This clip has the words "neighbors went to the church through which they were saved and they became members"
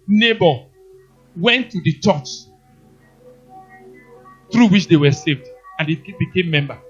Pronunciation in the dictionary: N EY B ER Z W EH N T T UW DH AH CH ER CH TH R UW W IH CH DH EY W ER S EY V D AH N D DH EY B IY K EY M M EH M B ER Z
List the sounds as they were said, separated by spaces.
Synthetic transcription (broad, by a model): N EY B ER W EH N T T UW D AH CH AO CH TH R UW W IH CH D EY W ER S EY V D AH N D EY B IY K EY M M EH M B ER